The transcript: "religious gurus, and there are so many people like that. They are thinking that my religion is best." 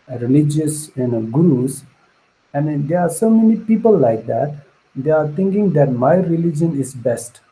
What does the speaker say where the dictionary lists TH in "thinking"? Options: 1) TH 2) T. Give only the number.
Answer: 2